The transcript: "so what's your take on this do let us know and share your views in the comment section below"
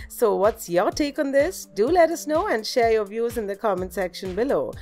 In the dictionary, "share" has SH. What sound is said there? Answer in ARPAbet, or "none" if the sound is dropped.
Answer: SH